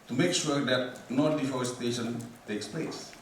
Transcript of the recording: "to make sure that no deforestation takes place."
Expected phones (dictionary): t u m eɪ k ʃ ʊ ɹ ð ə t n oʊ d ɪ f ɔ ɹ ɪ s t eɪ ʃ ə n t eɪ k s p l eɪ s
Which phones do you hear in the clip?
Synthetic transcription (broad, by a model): t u m eɪ k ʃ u ɹ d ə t n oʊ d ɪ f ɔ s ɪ t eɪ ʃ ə n t eɪ k s p l eɪ s